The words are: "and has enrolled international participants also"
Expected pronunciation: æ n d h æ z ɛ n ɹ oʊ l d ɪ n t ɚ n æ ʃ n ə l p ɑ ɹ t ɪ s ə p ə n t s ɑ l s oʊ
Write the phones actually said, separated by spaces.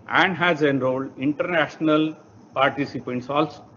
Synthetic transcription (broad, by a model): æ n d h æ z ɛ n ɹ oʊ l ɪ n t ɚ n æ ʃ n ə l p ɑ ɹ t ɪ s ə p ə n t s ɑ l s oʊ